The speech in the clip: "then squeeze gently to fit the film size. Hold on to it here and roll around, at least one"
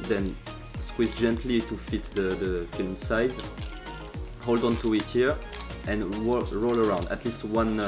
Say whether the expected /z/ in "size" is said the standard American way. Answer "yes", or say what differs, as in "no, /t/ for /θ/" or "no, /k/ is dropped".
yes